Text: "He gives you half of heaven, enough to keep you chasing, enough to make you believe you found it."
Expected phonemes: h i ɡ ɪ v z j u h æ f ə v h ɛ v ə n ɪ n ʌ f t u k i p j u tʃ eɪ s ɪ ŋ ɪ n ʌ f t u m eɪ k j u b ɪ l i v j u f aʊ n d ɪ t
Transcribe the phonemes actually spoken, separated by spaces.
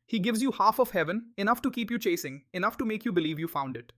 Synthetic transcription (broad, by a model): h i ɡ ɪ v z j u h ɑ f ə v h ɛ v ə n ɪ n ʌ f t u k i p j u tʃ eɪ s ɪ ŋ ɪ n ʌ f t u m eɪ k j u b ɪ l i v j u f aʊ n d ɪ t